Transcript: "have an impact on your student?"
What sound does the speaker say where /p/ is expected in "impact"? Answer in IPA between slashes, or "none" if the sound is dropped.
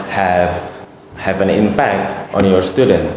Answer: /p/